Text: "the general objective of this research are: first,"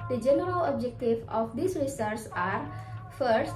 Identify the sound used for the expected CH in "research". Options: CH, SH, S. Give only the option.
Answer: S